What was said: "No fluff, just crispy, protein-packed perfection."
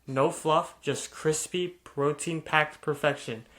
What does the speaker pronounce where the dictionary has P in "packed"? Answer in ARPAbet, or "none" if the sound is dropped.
P